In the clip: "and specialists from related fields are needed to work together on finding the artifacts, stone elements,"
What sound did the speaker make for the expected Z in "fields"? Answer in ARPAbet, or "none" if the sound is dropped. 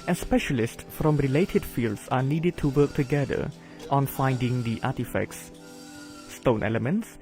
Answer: S